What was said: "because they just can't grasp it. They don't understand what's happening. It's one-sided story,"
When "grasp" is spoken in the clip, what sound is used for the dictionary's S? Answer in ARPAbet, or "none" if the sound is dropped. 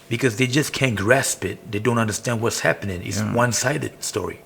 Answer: S